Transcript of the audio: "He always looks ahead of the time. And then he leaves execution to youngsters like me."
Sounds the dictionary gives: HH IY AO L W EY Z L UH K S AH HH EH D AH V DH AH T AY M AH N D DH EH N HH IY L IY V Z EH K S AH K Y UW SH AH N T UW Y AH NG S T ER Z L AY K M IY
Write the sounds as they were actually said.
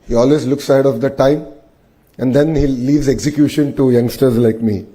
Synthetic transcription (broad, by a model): HH IY AO L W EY Z L UH K S AH HH EH D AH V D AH T AY M AH N D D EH N HH IY L IY V Z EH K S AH K Y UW SH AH N T UW Y AH NG S T ER Z L AY K M IY